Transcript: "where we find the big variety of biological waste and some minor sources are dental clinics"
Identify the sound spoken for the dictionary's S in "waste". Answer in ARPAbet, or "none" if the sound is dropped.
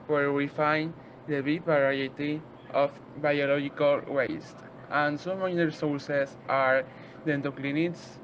S